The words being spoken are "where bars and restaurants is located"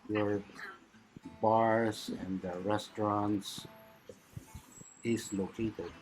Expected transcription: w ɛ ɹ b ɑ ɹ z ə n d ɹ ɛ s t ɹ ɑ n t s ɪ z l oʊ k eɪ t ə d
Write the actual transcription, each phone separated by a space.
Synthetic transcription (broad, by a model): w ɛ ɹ b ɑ ɹ s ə n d ɹ ɛ s t ɹ ɑ n t s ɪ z l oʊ k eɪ t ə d